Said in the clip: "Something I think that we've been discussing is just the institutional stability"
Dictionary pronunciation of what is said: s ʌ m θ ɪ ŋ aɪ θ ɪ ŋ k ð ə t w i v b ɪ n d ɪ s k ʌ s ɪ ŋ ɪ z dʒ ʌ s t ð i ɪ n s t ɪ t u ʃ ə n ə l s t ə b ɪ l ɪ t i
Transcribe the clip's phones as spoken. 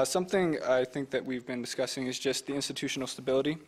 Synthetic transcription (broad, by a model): s ʌ m θ ɪ ŋ aɪ θ ɪ ŋ k ð ə t w i v b ɪ n d ɪ s k ʌ s ɪ ŋ ɪ z dʒ ʌ s t ð i ɪ n s t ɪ t u ʃ n l s t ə b ɪ l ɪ t i